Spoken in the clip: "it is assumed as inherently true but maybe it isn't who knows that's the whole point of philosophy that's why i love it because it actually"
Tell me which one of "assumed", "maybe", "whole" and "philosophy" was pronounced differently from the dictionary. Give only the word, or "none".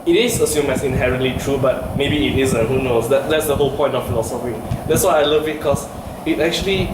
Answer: assumed